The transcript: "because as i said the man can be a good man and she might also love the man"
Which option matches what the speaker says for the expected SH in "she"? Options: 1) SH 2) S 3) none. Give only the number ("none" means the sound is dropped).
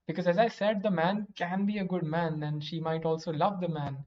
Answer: 1